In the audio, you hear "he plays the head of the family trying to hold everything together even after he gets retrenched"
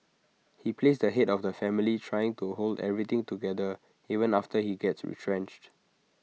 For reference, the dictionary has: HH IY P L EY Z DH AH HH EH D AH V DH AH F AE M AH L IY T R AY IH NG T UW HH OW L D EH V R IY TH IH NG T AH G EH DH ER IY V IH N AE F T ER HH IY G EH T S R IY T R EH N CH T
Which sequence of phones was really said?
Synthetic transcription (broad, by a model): HH IY P L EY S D AH HH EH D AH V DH AH F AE M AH L IY T R AY IH NG T UW HH OW L D EH V R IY T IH NG T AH G EH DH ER IY V IH N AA F T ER HH IY G EH T S R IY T R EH N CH T